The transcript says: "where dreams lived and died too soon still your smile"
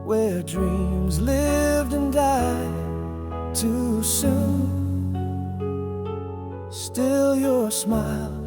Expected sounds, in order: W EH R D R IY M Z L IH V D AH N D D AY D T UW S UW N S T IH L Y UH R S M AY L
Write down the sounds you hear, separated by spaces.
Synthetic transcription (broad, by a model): W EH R D R IY M Z L IH V D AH N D D AY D T UW S UW N S T IH L Y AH R S M AY L